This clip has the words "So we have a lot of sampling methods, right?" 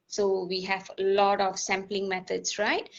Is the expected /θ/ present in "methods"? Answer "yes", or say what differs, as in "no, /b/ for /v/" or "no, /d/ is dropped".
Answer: no, /t/ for /θ/